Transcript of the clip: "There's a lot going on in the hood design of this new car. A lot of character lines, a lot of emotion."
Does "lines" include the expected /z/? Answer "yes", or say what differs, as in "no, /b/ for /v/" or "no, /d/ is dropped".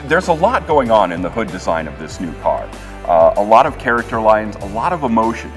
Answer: yes